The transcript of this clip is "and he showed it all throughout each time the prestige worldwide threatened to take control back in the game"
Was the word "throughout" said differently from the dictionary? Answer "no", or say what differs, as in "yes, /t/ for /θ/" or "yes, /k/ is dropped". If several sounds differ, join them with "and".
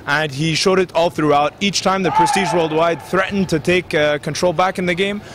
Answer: no